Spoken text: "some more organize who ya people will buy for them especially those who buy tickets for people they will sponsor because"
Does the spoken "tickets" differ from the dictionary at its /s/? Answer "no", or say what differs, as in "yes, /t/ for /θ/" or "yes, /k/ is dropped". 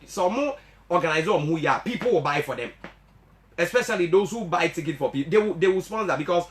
yes, /s/ is dropped